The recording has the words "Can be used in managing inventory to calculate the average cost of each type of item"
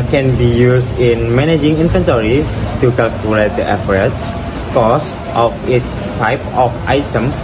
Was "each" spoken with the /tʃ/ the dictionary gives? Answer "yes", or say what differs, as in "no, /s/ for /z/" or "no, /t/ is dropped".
no, /s/ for /tʃ/